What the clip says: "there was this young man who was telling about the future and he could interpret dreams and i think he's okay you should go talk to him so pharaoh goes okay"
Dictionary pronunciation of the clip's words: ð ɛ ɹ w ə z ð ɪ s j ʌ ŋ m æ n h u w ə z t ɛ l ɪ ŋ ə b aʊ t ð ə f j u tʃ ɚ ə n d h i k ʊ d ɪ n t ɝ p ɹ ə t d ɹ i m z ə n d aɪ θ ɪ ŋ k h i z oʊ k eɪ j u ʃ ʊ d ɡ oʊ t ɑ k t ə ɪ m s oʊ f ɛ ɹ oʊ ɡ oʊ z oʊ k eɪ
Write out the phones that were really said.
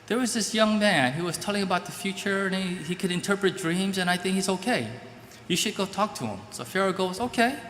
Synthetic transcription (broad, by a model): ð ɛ ɹ w ə z ð ɪ s j ʌ ŋ m æ n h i w ə z t ɛ l ɪ ŋ ə b aʊ t ð ə f j u tʃ ɚ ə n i h i k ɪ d ɪ n t ɝ p ɹ ə t d ɹ i m z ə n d aɪ θ ɪ ŋ k h i z oʊ k eɪ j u ʃ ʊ d ɡ oʊ t ɑ k t ə ɪ m s oʊ f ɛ ɹ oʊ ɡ oʊ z oʊ k eɪ